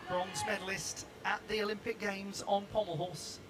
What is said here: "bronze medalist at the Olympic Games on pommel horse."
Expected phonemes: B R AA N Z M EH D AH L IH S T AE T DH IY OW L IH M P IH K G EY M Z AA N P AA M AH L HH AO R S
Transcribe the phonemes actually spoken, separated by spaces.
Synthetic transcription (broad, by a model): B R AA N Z M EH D L IH S T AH T DH IY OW L IH M P IH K G EY M Z N P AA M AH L HH AO S